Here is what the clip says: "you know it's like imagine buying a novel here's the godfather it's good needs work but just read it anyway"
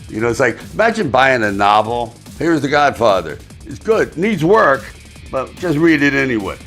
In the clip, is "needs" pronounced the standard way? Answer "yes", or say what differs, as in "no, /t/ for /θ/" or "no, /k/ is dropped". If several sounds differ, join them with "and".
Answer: yes